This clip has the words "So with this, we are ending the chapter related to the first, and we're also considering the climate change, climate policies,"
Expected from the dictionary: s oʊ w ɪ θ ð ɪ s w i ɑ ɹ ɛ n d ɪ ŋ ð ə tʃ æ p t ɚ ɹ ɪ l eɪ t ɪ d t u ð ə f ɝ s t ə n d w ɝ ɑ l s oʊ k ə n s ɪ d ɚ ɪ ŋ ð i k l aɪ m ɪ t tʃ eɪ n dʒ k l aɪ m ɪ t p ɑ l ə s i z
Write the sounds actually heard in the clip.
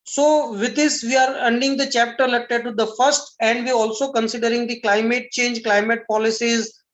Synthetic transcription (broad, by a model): s oʊ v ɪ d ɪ s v i ɑ ɹ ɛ n d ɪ ŋ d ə tʃ æ p t ɚ l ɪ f t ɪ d t u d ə f ɝ s t ə n d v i ɑ l s oʊ k ə n s ɪ d ɚ ɪ ŋ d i k l aɪ m ɪ t tʃ eɪ n dʒ k l aɪ m ɪ t p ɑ l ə s i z